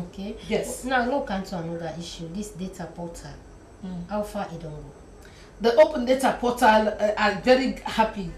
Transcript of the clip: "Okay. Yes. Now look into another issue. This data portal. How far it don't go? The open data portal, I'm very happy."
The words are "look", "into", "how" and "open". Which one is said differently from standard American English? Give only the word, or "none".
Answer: look